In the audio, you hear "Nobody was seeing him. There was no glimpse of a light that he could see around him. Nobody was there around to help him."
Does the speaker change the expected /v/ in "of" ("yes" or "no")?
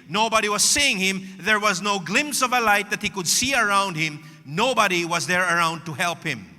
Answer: no